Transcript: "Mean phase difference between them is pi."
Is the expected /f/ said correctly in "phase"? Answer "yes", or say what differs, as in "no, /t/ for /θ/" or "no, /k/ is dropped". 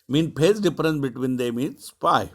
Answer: no, /p/ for /f/